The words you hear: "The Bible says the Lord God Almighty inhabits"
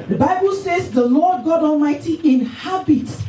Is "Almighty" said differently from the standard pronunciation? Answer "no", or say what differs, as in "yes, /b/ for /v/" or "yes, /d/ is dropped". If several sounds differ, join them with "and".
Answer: no